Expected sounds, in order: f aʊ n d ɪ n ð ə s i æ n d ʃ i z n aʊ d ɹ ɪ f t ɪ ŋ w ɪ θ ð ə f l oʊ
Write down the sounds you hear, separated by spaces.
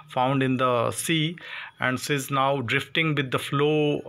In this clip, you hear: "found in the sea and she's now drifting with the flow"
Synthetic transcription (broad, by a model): f aʊ n d ɪ n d ə s i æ n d s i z n aʊ d ɹ ɪ f t ɪ ŋ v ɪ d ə f l oʊ